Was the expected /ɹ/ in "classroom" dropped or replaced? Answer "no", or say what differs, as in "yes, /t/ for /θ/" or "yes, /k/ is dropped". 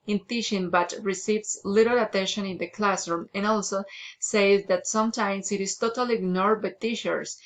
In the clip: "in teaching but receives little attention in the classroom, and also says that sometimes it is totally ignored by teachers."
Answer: no